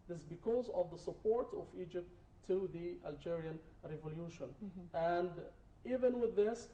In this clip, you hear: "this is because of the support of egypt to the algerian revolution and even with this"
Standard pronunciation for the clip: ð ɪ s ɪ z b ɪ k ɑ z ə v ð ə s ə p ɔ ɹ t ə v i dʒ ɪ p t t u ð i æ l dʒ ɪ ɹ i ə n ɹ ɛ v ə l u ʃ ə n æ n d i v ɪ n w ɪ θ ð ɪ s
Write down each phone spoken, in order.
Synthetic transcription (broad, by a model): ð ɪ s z b ɪ k ɑ z ə v ð ə s ə p ɔ ɹ t ə v i dʒ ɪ p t t u ð i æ l dʒ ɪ ɹ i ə n ɹ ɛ v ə l u ʃ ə n æ n d i v ɪ n w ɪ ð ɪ s